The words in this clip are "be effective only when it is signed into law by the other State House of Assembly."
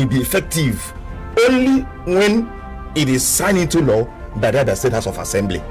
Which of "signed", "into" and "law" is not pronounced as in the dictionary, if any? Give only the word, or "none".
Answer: signed